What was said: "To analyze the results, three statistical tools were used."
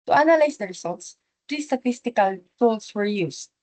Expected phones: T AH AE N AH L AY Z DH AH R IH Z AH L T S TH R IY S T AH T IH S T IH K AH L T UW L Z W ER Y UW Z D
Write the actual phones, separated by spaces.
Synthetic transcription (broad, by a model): T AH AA N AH L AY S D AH R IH S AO L T S T R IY S T AH T IH S T IH K AH L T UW L S W ER Y UW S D